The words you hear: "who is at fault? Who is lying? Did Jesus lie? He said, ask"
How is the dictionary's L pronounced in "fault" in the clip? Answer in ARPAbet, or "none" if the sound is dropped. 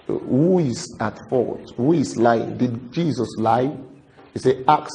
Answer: none